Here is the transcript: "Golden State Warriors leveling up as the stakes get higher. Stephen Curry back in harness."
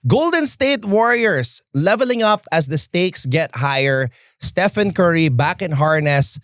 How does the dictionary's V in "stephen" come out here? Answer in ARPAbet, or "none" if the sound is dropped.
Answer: F